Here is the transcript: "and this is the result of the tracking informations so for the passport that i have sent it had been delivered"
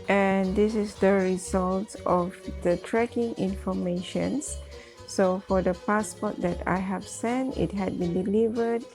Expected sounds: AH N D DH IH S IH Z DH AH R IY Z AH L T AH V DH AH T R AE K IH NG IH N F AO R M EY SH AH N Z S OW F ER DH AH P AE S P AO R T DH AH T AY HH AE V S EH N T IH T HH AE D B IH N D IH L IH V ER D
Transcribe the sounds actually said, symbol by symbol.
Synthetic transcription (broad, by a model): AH N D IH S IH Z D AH R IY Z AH L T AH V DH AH T R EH K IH NG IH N F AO M EY SH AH N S S OW F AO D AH P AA S P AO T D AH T AY HH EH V S EH N T IH T HH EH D B IH N D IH L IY V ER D